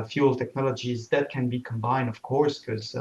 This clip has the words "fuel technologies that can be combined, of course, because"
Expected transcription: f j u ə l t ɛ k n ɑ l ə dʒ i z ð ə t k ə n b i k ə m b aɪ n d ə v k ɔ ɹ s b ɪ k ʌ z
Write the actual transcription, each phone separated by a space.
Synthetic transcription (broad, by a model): f j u l t ɛ k n ɑ l ə dʒ i z ð ə t k ə n b i k ə m b aɪ n d ə v k ɔ ɹ s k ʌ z